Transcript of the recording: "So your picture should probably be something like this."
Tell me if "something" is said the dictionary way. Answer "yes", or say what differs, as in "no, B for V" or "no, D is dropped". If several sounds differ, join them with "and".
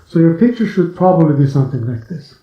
yes